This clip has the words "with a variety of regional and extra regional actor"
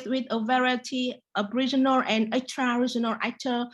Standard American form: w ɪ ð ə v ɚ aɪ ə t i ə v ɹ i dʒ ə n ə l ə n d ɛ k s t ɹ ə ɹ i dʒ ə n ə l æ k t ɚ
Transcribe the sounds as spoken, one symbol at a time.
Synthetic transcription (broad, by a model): w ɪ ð ə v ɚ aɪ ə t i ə b ɹ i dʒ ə n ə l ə n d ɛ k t ɹ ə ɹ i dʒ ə n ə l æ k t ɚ